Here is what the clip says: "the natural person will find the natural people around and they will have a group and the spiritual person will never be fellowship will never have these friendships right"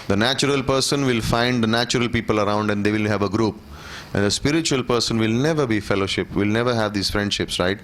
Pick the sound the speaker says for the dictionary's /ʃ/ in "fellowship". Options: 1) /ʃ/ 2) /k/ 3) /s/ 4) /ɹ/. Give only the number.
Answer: 1